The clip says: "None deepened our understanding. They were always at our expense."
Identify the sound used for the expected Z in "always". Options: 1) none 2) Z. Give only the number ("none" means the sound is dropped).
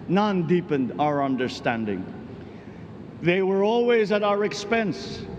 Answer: 2